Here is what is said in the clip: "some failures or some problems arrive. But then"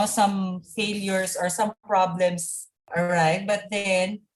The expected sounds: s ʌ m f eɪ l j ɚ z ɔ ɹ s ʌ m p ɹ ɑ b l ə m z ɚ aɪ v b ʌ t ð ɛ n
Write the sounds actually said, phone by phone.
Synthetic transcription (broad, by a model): s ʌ m f eɪ l j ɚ s ɔ ɹ s ʌ m p ɹ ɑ b l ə m s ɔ aɪ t b ʌ t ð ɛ n